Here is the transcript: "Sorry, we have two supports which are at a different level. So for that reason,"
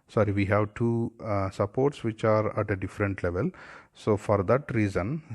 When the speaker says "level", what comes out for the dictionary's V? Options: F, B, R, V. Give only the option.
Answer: V